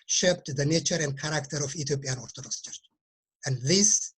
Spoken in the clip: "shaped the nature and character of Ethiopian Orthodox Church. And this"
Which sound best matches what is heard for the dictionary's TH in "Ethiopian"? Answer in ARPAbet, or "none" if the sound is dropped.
T